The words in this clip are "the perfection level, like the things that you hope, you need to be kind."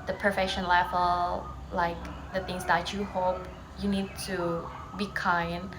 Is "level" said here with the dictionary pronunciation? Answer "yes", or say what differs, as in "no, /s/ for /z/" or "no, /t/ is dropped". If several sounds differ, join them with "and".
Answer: no, /f/ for /v/